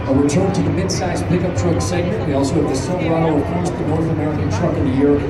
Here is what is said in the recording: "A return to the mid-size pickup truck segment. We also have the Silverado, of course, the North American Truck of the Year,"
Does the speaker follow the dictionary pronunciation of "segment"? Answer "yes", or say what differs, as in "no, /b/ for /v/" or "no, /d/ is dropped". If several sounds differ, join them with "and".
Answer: no, /n/ is dropped